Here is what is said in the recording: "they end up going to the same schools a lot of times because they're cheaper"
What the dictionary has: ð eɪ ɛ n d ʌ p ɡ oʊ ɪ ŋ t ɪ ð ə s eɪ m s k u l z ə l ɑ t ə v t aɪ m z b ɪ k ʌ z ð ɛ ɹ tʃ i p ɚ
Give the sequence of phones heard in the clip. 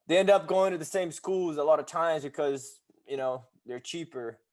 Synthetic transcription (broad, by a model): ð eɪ ɛ n d ʌ p ɡ oʊ ɪ ŋ t ɪ ð ə s eɪ m s k u l z ə l ɑ t ə v t aɪ m z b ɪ k ʌ z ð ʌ ɹ tʃ i p ɚ